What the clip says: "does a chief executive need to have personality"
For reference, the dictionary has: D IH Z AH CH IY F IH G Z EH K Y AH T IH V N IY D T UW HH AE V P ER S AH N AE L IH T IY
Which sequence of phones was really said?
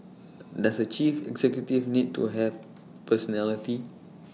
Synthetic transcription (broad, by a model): D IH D AH CH IY F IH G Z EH K Y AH T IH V N IY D T UW HH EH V P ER S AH N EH L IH T IY